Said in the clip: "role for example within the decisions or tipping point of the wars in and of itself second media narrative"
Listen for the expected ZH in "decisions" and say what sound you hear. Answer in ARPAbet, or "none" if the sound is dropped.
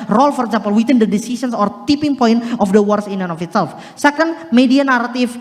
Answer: S